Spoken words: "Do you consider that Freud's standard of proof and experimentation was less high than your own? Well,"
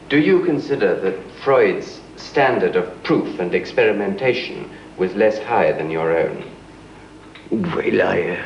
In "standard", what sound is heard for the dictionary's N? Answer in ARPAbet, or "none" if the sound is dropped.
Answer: N